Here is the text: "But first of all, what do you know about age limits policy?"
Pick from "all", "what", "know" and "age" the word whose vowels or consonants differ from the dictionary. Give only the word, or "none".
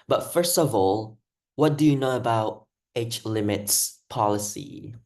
age